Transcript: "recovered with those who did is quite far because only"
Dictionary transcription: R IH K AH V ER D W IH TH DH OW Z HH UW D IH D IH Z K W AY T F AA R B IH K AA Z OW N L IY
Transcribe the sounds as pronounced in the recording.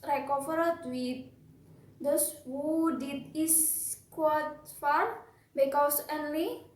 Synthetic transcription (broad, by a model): R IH K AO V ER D W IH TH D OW S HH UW D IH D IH S K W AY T F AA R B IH K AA S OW N L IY